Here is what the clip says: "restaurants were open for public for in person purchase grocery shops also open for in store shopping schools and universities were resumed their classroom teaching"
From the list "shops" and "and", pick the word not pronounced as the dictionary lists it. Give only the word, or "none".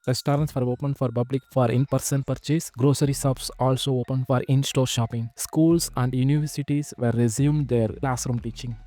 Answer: shops